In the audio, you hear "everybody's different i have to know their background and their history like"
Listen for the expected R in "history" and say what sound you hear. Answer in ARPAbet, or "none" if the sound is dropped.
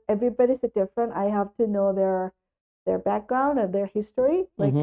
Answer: R